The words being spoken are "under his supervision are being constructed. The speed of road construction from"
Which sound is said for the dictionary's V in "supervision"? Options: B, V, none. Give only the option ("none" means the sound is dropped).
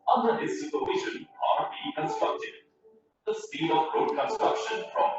none